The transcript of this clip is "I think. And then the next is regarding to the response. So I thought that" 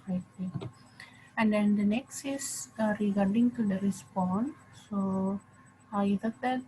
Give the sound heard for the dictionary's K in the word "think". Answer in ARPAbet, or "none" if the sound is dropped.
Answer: none